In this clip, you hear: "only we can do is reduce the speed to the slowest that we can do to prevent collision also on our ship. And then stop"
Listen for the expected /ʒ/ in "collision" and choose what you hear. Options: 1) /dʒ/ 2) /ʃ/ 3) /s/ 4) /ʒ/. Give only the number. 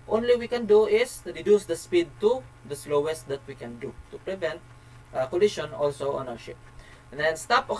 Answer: 2